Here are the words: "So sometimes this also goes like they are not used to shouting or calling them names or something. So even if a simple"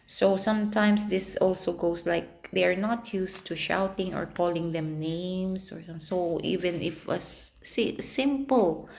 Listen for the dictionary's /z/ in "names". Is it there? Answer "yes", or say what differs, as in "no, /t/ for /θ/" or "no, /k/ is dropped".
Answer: no, /s/ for /z/